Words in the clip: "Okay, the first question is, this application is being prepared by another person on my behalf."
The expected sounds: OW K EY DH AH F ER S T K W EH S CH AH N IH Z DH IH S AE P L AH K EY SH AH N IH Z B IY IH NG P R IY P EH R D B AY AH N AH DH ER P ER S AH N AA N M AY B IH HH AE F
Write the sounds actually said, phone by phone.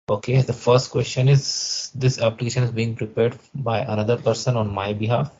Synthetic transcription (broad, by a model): OW K EY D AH F ER S T K W EH S CH AH N IH Z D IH S AE P L AH K EY SH AH N IH Z B IY IH NG P R IY P EH R D B AY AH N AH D ER P ER S AH N AA N M AY B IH HH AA F